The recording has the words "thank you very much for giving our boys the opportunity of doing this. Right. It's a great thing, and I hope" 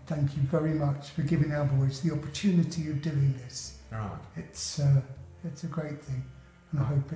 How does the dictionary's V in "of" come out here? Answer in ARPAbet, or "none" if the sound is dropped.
V